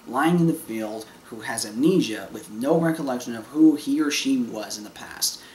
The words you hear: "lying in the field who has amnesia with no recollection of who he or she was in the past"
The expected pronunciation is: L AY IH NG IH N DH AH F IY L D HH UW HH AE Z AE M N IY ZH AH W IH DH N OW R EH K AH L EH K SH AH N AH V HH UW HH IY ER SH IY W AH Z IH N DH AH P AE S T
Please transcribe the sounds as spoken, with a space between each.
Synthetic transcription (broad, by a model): L AY IH NG IH N DH AH F IY L D HH UW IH Z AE N IY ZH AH W IH DH N OW R EH K AH L EH K SH AH N AH V HH UW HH IY ER SH IY W AH Z IH N DH AH P AE S T